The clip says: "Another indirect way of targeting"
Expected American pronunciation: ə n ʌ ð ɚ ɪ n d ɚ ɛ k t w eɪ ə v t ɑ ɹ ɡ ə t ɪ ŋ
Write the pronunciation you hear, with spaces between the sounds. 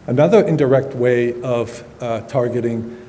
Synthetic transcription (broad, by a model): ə n ʌ ð ɚ ɪ n d ɚ ɛ k t w eɪ ə v t ɑ ɹ ɡ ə t ɪ ŋ